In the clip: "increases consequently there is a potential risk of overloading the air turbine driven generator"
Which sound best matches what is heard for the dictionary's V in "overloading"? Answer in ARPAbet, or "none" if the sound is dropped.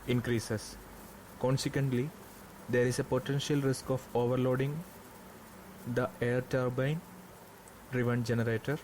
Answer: V